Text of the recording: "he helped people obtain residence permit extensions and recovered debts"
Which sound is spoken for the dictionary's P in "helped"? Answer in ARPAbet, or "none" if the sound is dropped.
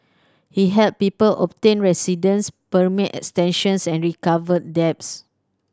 none